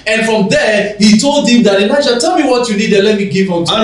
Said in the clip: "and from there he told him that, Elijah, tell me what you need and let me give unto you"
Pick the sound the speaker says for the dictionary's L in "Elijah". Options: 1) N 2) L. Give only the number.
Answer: 1